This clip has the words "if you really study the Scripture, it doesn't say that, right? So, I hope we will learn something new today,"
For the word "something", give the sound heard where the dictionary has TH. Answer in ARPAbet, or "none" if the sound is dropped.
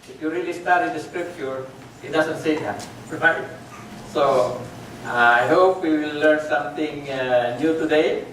T